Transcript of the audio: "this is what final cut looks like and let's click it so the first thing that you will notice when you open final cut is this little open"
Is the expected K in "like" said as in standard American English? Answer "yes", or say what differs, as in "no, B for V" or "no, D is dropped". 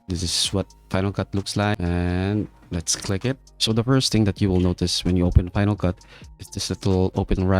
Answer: no, K is dropped